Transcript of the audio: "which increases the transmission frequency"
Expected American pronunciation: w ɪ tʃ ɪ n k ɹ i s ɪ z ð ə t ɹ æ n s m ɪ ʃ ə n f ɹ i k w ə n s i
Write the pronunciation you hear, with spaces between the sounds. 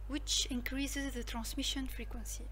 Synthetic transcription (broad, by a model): w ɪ tʃ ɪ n k ɹ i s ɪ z ð ə t ɹ æ n s m ɪ ʃ ə n f ɹ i k w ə n s i